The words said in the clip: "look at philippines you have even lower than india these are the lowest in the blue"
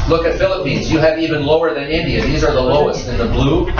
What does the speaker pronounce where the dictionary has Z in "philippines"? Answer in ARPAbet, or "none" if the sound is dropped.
Z